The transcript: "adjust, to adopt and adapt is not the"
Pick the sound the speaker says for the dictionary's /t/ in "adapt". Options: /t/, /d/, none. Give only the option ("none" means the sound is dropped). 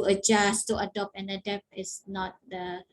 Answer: none